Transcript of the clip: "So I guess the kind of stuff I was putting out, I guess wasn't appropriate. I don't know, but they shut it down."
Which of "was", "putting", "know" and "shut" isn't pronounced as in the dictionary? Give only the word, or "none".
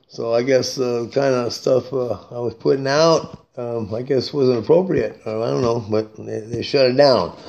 none